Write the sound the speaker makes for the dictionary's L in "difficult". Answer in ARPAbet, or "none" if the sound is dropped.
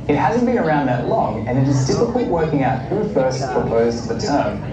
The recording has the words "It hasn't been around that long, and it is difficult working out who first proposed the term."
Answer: none